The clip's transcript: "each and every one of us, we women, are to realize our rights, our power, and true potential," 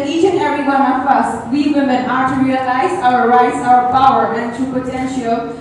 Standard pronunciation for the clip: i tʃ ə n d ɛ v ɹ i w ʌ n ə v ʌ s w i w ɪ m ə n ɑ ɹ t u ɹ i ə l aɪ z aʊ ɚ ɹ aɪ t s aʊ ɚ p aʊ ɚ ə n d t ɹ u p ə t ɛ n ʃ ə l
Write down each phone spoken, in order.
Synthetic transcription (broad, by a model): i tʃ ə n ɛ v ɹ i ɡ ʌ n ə f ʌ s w i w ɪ m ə n ɑ ɹ t u ɹ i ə l aɪ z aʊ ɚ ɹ aɪ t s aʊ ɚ p aʊ ɚ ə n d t u p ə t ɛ n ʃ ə l